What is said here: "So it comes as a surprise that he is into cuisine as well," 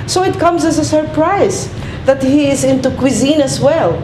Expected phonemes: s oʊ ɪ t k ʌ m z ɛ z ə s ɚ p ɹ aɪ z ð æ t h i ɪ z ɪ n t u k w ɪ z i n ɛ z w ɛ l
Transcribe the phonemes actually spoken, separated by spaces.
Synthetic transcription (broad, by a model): s oʊ ɪ t k ʌ m z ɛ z ə s ɚ p ɹ aɪ z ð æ t h i ɪ z ɪ n t u k w ɪ z i n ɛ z w ɛ l